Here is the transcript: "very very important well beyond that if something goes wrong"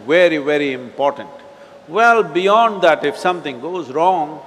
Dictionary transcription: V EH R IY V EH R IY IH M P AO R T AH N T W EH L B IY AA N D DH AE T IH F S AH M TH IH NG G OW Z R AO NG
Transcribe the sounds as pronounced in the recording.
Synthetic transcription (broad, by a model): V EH R IY V EH R IY IH M P AO R T AH N T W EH L B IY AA N D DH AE T IH F S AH M T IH NG G OW Z R AO NG